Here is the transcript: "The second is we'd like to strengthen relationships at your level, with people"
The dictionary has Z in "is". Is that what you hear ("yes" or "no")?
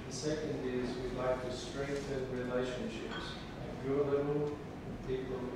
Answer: yes